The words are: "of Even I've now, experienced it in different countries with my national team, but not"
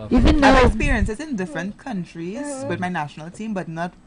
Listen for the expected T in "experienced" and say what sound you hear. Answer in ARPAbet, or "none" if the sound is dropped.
none